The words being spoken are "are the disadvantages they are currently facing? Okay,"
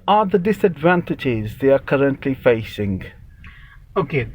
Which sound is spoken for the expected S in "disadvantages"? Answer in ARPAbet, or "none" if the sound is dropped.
S